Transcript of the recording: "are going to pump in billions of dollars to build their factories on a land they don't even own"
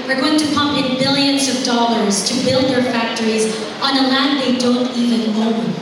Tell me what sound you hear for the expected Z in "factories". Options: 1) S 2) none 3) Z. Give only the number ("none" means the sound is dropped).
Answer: 3